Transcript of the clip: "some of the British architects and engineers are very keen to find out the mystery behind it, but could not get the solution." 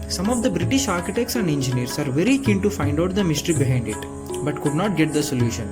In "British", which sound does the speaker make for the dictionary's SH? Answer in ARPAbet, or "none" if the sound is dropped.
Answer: SH